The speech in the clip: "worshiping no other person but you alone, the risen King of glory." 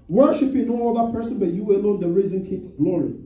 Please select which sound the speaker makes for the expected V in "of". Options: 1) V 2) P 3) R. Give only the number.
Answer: 2